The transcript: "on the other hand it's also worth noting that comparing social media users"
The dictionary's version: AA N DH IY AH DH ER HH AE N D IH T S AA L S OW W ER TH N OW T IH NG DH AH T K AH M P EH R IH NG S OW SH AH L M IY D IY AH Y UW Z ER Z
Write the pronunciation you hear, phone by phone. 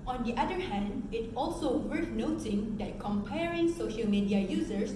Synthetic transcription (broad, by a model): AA N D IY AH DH ER HH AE N D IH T AA L S OW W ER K N OW T IH NG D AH T K AH M P EH R IH NG S OW SH AH L M IY D IY AH Y UW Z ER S